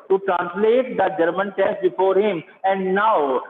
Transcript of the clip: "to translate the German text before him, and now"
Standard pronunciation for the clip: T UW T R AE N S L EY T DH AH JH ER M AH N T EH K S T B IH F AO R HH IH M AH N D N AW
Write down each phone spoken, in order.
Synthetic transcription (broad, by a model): T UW T R AE N S L EY T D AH JH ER M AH N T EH S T B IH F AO R HH IH M AH N D N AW